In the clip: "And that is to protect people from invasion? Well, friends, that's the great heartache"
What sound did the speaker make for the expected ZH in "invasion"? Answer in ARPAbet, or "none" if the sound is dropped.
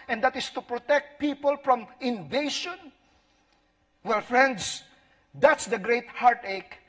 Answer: SH